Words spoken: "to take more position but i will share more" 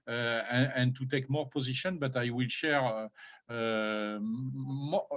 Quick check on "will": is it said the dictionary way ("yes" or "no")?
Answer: yes